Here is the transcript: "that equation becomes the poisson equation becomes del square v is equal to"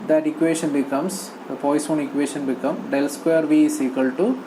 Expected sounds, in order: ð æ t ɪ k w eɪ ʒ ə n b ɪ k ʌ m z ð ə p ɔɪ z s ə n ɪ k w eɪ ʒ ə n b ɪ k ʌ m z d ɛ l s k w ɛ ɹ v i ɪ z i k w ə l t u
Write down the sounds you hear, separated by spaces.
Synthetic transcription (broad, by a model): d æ t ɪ k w eɪ ʃ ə n b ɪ k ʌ m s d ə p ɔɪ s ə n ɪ k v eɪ ʃ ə n b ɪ k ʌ m d ɛ l s k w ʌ ɹ v i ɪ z i k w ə l t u